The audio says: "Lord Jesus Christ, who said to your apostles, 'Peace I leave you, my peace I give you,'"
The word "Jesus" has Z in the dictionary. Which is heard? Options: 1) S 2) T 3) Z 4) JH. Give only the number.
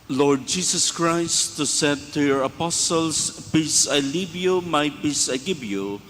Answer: 1